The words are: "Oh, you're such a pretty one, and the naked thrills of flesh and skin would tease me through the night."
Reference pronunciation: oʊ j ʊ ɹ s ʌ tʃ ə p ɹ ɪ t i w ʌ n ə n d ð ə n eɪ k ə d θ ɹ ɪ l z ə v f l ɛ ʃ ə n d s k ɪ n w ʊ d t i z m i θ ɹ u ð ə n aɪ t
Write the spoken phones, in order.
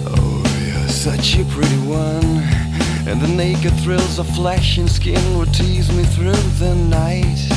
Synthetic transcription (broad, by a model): oʊ j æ s ʌ tʃ ə p ɹ ɪ t i w ʌ n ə n ð ə n eɪ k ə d θ ɹ ɪ l z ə f l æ ʃ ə n s k ɪ n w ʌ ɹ t i z m i θ ɹ u ð ə n aɪ t